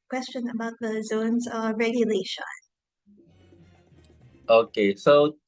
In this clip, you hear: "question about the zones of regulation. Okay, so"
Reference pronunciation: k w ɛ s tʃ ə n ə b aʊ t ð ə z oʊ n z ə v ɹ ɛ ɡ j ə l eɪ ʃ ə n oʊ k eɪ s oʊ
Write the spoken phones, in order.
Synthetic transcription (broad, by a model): k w ɛ s tʃ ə n ə b aʊ t ð ə z oʊ n z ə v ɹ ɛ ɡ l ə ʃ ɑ ə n oʊ k eɪ s oʊ